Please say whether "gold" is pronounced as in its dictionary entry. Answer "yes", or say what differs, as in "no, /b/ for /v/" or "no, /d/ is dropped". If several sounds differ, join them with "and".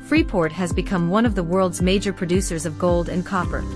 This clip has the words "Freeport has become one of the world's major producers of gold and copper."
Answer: yes